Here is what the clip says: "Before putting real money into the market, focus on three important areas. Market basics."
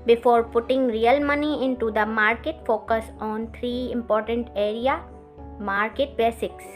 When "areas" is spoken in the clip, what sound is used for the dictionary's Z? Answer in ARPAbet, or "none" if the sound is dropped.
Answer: none